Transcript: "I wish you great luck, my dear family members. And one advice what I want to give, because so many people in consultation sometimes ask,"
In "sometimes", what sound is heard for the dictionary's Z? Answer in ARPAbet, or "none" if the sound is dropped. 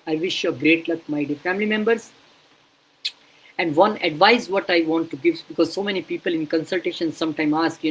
none